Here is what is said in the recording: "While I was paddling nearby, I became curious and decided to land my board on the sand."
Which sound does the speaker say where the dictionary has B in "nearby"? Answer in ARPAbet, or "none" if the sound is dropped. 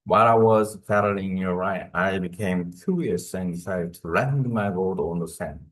none